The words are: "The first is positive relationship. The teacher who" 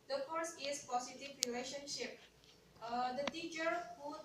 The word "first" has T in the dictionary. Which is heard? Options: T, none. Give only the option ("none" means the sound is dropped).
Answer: none